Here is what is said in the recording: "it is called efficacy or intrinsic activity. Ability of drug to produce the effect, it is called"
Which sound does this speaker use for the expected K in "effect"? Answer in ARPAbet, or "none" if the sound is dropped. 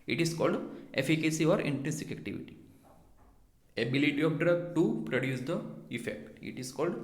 K